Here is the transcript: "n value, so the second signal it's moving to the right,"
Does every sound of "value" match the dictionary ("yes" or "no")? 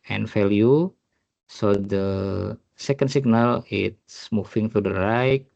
no